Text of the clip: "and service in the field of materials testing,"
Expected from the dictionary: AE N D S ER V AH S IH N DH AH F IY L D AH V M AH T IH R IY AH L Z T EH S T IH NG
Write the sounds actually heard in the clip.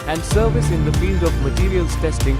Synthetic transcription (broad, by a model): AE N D S ER V AH S IH N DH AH F IY L D AH V M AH T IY R IY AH L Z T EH S T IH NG